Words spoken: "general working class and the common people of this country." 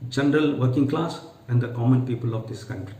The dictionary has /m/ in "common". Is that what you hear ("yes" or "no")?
yes